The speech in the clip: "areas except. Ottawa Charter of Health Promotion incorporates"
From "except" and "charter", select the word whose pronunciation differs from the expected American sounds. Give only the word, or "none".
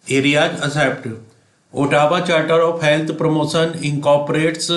except